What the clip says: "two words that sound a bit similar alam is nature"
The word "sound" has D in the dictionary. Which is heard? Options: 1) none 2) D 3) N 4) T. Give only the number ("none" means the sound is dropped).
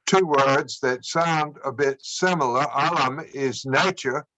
2